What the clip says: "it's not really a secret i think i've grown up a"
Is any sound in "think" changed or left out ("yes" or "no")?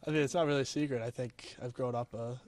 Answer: no